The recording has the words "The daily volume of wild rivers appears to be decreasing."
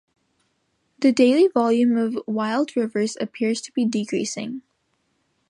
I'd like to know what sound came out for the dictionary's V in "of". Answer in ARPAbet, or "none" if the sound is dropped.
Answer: V